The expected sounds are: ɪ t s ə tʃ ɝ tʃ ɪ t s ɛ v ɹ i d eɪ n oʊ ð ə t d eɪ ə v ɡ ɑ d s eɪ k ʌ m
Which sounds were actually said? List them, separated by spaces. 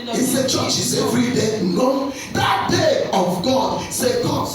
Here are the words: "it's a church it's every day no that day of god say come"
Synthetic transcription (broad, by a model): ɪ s ə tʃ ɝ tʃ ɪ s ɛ f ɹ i d eɪ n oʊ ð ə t d eɪ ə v ɡ ɑ d s eɪ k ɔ